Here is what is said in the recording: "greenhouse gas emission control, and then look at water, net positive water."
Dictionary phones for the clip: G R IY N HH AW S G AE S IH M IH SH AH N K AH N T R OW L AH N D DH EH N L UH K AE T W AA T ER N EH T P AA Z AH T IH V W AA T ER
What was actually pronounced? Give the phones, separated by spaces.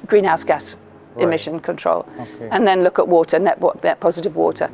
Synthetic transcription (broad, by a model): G R IY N HH AW S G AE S IH M IH SH AH N K AH N T R OW L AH N DH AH N L UH K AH T W AA T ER N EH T P AA Z AH T IH V W AA T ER